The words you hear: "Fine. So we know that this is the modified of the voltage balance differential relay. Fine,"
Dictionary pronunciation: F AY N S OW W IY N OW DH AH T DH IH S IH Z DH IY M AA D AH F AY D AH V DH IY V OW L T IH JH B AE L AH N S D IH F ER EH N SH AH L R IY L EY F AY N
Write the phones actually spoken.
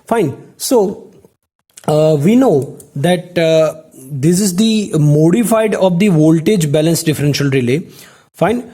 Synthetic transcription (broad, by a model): F AY N S OW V IY N OW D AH T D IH S IH Z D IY M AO D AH F AY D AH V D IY V OW L T IH JH B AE L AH N S D IH F ER EH N SH AH L R IY L EY F AY N